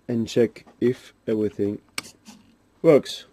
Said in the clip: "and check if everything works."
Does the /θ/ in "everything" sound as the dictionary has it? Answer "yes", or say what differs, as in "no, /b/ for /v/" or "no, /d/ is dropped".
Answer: yes